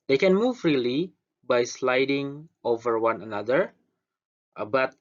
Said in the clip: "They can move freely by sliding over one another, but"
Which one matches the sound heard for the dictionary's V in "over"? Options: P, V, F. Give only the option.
V